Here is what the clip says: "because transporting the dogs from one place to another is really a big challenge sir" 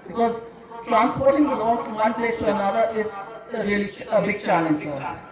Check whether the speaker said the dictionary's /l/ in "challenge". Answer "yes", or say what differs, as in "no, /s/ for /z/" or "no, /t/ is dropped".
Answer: yes